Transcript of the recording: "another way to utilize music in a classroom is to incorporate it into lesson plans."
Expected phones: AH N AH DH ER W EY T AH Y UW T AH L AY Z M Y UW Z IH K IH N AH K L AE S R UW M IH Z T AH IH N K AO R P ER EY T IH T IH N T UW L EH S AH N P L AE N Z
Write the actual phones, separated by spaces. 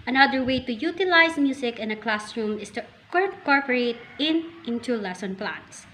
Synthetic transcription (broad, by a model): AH N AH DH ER W EY T AH Y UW T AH L AY S M Y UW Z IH K IH N AH K L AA S R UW M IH S T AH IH K AO R P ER EY T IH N IH N T UW L EH S AH N P L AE N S